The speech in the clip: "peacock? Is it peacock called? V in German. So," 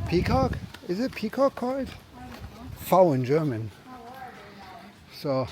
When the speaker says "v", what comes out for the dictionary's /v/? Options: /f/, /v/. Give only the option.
/f/